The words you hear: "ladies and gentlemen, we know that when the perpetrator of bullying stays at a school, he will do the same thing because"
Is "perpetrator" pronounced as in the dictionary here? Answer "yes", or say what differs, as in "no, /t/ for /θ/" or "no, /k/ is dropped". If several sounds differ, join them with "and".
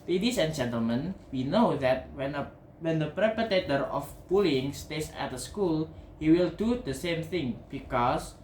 no, /ɹ/ is dropped